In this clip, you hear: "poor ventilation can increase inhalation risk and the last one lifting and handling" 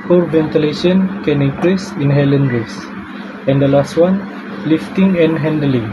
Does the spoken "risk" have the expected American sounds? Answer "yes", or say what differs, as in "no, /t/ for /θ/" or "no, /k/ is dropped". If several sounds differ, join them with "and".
no, /k/ is dropped